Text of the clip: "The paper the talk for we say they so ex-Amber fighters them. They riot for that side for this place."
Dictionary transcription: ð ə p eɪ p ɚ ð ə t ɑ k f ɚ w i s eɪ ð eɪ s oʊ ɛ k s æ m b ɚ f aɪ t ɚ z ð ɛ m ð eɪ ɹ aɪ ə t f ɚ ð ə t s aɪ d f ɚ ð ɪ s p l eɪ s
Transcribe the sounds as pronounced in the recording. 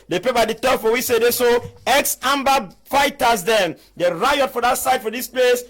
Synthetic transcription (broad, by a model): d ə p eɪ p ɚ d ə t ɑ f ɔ w i s eɪ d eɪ s oʊ ɛ k s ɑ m b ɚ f aɪ t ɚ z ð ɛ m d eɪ ɹ aɪ ə t f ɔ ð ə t s aɪ d f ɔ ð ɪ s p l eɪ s